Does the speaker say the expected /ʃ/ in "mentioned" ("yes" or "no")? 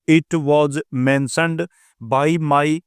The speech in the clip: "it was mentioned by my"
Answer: no